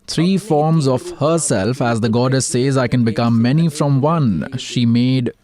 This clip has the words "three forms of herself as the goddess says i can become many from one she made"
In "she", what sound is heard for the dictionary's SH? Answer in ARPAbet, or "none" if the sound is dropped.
SH